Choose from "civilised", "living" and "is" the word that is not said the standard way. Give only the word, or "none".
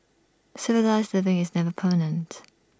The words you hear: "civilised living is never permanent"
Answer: none